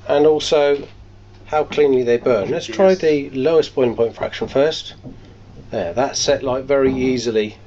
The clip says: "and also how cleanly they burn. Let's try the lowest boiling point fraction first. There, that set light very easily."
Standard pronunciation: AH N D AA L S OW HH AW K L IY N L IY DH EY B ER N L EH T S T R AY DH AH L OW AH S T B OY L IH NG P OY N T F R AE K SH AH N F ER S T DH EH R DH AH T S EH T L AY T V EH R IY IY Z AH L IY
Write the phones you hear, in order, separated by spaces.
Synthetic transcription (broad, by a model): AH N AA L S OW HH AW K L IY N L IY DH EY B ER N L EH T S T R AY DH AH L OW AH S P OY IH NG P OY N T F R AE K SH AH N F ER S T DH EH DH AH T S EH T L AY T V EH R IY IY Z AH L IY